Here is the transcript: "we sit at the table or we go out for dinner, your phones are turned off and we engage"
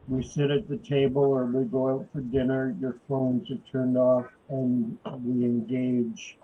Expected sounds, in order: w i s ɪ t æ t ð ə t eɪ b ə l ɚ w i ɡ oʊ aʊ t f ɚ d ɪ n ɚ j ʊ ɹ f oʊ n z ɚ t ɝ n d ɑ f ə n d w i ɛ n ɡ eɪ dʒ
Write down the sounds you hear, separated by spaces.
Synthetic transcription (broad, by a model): w i s ɪ t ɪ t ð ə t eɪ b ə l ɚ w i ɡ oʊ aʊ t f ɚ d ɪ n ɚ j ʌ ɹ f oʊ n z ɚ t ɝ n d ɑ f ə n w i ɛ n ɡ eɪ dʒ